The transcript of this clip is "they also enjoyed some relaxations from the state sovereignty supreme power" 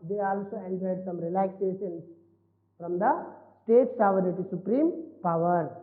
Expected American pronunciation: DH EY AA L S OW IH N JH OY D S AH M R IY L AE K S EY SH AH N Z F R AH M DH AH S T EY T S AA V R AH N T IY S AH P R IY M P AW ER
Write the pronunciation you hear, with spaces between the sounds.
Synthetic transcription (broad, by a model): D EY AA L S OW IH N JH OY D S AH M R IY L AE K S EY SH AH N S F R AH M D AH S T EY T S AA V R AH T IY S AH P R IY M P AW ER